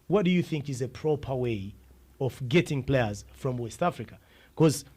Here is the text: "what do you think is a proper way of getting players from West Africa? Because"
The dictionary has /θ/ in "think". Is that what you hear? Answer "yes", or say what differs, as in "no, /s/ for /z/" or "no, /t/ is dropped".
yes